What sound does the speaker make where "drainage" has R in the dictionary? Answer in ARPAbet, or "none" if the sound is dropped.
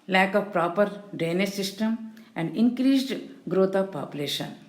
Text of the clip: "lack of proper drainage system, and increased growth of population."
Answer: none